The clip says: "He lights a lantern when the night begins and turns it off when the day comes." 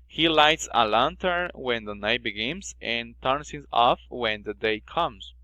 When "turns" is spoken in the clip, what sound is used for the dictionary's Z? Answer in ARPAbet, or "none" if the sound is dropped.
S